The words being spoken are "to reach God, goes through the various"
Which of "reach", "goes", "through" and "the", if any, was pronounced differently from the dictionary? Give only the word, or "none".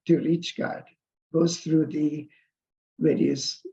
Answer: goes